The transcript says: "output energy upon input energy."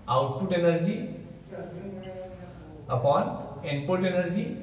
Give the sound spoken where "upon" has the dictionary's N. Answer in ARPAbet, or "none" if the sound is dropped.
N